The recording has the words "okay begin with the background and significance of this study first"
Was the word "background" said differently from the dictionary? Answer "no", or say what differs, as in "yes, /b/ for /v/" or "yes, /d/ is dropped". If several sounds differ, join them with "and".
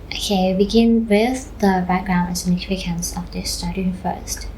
no